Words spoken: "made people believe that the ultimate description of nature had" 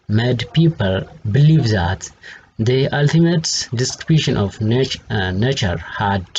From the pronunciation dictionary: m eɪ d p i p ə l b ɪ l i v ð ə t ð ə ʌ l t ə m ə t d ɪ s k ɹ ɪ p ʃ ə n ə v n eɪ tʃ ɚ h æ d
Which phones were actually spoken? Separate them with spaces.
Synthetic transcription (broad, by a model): m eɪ d p i p ə l b ɪ l i v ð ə t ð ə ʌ l t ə m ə t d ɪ s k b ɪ ʃ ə n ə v n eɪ tʃ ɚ h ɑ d